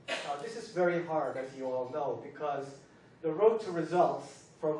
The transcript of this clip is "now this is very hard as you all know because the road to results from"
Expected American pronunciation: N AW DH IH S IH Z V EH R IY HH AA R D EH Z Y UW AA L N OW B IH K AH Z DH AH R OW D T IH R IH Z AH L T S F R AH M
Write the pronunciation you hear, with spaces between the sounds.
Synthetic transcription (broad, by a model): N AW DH IH S IH Z V EH R IY HH AA R D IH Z Y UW AA L N OW B IH K AH Z DH AH R OW T IH R IH Z AH L T S F R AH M